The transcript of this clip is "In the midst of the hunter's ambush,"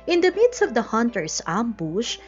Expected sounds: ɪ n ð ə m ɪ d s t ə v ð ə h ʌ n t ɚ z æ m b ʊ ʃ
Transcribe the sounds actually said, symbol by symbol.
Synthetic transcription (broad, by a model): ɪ n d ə m ɪ d s t ə v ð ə h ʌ n t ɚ s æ m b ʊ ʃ